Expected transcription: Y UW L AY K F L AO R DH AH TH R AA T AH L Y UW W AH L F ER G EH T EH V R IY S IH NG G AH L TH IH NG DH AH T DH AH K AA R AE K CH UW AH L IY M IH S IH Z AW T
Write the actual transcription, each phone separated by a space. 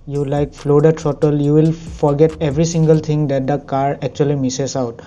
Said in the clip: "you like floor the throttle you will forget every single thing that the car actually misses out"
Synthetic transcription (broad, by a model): Y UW L AY K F L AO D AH T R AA T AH L Y UW W AH L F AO G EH T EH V R IY S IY NG G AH L T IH NG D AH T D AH K AA R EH K CH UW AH L IY M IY S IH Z AW T